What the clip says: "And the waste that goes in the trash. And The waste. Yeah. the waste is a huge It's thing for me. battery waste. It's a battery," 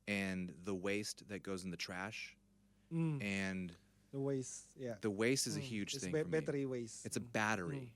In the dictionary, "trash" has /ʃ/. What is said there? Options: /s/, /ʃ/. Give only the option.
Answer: /ʃ/